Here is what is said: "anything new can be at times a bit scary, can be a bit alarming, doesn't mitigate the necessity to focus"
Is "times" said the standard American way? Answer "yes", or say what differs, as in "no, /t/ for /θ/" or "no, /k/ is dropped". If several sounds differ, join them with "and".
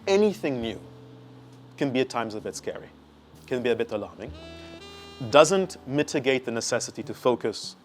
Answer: yes